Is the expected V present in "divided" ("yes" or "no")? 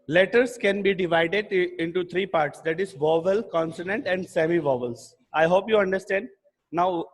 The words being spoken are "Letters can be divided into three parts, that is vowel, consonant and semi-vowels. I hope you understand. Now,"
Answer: yes